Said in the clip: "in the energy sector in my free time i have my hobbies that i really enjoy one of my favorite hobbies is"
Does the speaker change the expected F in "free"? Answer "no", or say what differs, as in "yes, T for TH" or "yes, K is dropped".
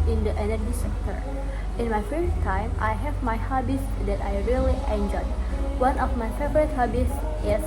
yes, P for F